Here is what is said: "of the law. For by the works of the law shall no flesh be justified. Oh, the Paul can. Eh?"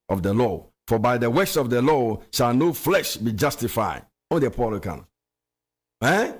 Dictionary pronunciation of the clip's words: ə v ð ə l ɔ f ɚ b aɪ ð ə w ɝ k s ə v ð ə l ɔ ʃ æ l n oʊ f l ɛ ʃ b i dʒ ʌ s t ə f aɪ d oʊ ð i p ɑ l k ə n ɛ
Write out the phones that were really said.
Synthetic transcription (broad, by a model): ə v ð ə l ɔ f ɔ b aɪ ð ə w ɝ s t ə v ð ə l ɔ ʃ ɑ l n oʊ f l ɛ ʃ b i dʒ ʌ s t ə f aɪ d oʊ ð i p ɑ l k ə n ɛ